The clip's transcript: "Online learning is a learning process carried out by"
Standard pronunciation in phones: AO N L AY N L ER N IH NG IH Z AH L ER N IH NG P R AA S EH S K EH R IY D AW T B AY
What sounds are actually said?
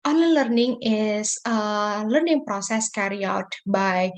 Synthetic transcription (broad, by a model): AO N L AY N L ER N IH NG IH S AH L ER N IH NG P R AA S EH S K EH R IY AW T B AY